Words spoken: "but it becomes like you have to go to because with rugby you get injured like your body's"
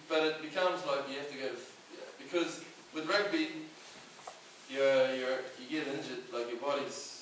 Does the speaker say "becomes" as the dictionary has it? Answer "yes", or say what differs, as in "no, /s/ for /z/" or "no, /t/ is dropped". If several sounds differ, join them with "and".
yes